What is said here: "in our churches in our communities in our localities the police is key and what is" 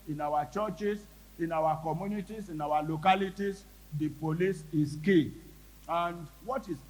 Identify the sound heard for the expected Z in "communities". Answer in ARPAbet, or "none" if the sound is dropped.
S